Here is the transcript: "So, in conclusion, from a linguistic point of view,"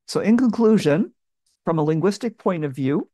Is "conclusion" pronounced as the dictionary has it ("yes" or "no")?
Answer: yes